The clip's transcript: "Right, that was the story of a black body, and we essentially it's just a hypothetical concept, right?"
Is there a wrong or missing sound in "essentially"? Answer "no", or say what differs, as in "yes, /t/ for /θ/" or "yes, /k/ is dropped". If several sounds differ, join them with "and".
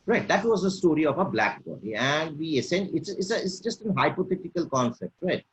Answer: yes, /s/ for /ʃ/